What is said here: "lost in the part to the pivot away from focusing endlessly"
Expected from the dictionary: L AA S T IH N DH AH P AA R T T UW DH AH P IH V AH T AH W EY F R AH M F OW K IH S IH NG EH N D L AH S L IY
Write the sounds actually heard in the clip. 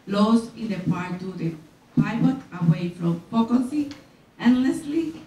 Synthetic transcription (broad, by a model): L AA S IH N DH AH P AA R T T UW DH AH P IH B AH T AH W EY F R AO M P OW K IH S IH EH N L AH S L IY